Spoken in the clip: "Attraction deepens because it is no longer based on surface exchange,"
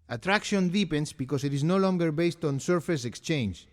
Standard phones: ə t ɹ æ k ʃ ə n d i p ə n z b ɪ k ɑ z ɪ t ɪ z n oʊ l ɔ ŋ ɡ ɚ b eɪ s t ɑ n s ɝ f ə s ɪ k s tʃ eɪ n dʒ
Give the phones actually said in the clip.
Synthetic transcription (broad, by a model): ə t ɹ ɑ k ʃ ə n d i p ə n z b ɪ k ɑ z ɪ t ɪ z n oʊ l ɔ ŋ ɡ ɚ b eɪ s t ɑ n s ɝ f ə s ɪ k s tʃ eɪ n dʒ